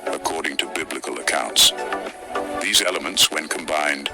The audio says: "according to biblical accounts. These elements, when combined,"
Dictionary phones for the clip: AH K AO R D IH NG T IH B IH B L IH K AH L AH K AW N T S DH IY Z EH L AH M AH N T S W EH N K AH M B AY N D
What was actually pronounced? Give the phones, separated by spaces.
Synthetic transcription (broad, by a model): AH K AO R D IH NG T IH B IH B L IH K AH L AH K AW N T S DH IY Z EH L AH M AH N T S W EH N K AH M B AY N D